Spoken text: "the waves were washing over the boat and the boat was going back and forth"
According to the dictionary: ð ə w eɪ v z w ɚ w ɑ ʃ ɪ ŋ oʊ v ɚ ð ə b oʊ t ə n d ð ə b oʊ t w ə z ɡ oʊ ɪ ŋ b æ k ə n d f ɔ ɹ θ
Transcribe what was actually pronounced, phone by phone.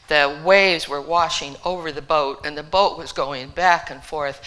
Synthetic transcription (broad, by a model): ð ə w eɪ v z w ɚ w ɑ ʃ ɪ ŋ oʊ v ɚ ð ə b oʊ t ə n ð ə b oʊ t w ə z ɡ oʊ ɪ ŋ b æ k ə n f ɔ ɹ θ